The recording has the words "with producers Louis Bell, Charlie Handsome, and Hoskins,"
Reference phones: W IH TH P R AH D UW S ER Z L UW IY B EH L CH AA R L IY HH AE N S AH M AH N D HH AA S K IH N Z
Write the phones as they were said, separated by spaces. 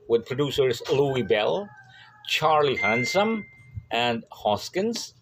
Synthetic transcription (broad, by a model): W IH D P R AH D UW S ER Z L UW IY B EH L CH AA R L IY HH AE N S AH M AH N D HH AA S K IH N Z